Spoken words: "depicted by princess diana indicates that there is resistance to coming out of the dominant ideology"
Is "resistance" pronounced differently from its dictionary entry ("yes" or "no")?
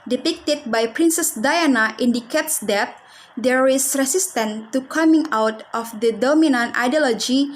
yes